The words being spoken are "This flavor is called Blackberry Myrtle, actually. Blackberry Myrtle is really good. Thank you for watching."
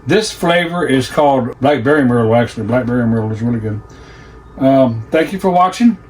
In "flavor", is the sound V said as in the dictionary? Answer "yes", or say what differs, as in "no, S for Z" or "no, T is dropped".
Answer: yes